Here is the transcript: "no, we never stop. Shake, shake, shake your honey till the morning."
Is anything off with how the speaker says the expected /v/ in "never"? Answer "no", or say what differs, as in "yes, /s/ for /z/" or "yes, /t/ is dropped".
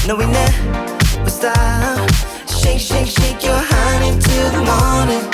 yes, /w/ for /v/